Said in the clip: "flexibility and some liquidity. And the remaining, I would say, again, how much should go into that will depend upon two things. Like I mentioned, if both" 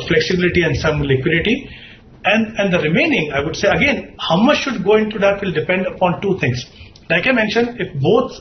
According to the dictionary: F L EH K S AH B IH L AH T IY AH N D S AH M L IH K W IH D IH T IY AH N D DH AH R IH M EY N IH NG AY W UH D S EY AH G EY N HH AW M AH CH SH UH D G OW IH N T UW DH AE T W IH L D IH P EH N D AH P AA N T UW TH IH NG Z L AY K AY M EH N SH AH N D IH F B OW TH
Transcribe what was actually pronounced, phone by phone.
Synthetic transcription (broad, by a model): F L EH K S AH B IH L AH T IY AH N D S AH M L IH K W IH D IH T IY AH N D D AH R IH M EY N IH NG AY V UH D S EY AH G EY N HH AW M AH CH SH UH D G OW IH N T UW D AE T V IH L D IH P EH N D AH P AA N T UW T IH NG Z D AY K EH M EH N SH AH N IH F B OW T